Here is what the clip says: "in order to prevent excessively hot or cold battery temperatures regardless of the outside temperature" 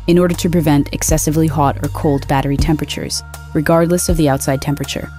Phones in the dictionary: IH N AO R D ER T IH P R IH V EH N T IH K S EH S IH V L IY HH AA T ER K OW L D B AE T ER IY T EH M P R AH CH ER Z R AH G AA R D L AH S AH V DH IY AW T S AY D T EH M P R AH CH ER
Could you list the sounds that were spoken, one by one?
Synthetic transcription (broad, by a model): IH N AO R D ER T IH P R IH V EH N T IH K S EH S IH V L IY HH AA T ER K OW L D B AE T ER IY T EH M P R AH CH ER Z R AH G AA R D L AH S AH V DH IY AW T S AY D T EH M P R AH CH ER